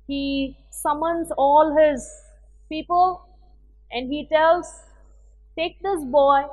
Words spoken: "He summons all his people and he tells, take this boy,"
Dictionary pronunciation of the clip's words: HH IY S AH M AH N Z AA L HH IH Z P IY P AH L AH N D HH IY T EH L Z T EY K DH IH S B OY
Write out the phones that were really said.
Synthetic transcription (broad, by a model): HH IY S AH M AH N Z AA L HH IH Z P IY P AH L AH N D HH IY T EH L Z T EY K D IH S B OY